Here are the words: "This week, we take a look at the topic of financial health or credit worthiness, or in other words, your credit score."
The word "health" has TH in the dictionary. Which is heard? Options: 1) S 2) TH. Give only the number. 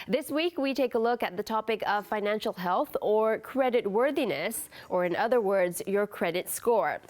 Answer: 2